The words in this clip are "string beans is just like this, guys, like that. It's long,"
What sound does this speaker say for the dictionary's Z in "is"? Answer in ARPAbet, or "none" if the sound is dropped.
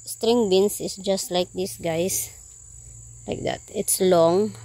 S